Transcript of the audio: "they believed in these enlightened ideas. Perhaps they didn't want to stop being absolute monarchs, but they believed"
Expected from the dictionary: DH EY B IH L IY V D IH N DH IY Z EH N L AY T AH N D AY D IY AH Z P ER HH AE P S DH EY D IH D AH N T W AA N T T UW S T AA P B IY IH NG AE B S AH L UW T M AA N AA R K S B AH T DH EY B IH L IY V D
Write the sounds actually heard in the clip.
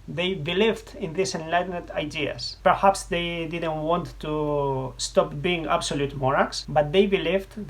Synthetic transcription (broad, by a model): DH EY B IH L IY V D IH N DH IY S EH N L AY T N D AY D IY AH S P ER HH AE P S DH EY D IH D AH N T W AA N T T UW S T AA P B IY IH NG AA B S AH L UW T M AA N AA K S B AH T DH EY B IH L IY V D